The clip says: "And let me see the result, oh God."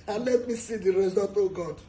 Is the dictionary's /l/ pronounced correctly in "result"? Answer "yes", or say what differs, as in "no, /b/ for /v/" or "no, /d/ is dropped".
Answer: no, /l/ is dropped